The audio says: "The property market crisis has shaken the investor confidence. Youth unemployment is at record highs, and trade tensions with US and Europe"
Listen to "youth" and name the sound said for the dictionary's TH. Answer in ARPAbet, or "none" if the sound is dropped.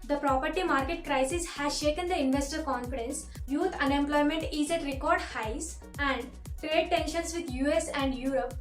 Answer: T